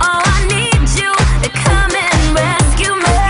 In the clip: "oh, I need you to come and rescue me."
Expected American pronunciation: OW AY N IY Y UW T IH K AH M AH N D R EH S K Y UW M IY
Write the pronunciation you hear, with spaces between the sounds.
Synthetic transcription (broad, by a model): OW AY N IY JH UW T IH K AH M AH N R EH K Y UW M